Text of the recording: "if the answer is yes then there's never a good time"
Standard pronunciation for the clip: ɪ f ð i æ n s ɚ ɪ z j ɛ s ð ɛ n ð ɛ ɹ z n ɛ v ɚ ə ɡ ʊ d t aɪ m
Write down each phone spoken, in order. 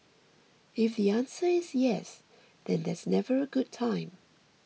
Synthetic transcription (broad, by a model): ɪ f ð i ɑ n s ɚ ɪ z j ɛ s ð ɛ n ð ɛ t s n ɛ v ɚ ə ɡ ʊ d t aɪ m